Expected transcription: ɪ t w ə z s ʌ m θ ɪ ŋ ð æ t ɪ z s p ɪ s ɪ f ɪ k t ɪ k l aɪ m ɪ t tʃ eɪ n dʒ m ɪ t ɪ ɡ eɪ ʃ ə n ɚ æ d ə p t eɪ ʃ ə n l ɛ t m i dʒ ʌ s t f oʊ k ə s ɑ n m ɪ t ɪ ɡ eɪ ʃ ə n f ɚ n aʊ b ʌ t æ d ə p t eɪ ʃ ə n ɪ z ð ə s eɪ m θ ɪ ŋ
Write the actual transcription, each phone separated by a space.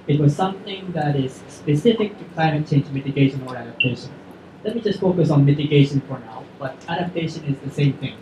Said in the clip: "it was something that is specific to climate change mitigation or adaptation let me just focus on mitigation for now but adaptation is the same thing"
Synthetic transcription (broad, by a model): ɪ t w ə z s ʌ m θ ɪ ŋ ð æ t ɪ z s p ɪ s ɪ f ɪ k t ɪ k l aɪ m ɪ t tʃ eɪ n dʒ m ɪ t ɪ ɡ eɪ ʃ ə n ɚ æ d ə p t eɪ ʃ ə n l ɛ t m i dʒ ʌ s t f oʊ k ə s ɑ n m ɪ t ɪ ɡ eɪ ʃ ə n f ɚ n aʊ b ʌ t æ d ə p t eɪ ʃ ə n ɪ z ð ə s eɪ m θ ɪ ŋ